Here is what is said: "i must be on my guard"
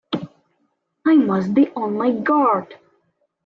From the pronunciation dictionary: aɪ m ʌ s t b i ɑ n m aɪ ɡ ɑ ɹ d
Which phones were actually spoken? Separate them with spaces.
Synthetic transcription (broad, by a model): aɪ m ʌ s t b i ɑ n m aɪ ɡ ɑ ɹ d